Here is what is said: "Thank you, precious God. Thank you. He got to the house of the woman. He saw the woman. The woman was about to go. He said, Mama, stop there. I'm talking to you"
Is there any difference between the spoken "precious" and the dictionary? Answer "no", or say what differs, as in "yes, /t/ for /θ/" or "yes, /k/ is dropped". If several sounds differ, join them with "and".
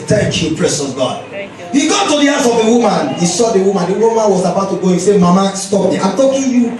yes, /s/ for /ʃ/